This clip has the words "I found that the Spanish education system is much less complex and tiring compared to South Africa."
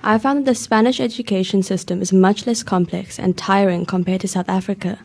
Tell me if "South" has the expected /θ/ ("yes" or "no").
yes